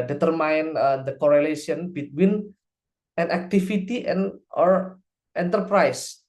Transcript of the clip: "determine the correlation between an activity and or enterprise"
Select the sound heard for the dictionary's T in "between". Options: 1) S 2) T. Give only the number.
2